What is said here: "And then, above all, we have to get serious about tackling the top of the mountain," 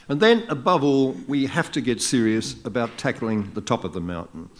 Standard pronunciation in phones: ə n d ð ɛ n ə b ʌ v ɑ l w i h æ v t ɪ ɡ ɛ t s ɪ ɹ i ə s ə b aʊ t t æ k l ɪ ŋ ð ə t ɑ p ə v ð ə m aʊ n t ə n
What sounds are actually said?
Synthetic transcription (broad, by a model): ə n ð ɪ n ə b ʌ v ɑ l w i h æ f t ɪ ɡ ɛ t s ɪ ɹ i ə s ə b aʊ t t æ k l ɪ ŋ ð ə t ɑ p ə v ð ə m aʊ n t n